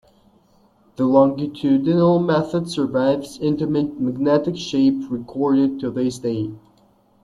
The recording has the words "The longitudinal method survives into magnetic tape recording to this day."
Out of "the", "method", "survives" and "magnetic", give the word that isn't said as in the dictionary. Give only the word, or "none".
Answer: none